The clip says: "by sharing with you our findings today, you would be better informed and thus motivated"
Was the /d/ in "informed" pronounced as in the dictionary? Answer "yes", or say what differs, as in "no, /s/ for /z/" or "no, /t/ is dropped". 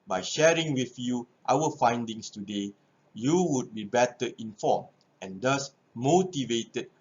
no, /d/ is dropped